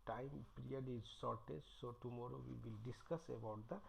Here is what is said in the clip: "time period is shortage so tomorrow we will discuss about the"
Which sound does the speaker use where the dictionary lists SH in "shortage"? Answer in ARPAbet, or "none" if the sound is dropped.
S